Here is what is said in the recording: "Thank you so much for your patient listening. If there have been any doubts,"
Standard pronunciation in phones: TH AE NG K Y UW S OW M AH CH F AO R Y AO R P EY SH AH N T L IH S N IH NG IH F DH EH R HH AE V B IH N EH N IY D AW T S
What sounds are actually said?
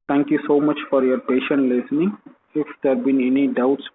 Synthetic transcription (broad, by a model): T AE NG K Y UW S OW M AH CH F AO R Y AO R P EY SH AH N T L IH S N IH NG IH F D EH R B IH N EH N IY D AW T S